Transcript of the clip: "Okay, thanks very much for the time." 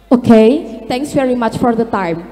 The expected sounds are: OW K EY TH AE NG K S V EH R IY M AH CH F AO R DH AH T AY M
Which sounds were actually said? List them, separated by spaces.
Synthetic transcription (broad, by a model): OW K EY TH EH NG K S V EH R IY M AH CH F AO R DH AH T AY M